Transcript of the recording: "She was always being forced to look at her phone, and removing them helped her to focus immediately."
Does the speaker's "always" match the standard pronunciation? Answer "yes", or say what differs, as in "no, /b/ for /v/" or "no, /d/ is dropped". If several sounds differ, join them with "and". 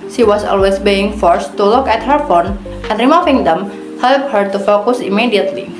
no, /s/ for /z/